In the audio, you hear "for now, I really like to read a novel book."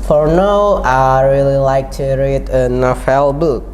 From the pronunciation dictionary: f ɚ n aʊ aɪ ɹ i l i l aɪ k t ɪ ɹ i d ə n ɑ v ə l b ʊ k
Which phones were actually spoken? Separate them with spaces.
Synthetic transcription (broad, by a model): f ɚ n aʊ aɪ ɹ i l i l aɪ k t ɪ ɹ i d ə n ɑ f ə l b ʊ k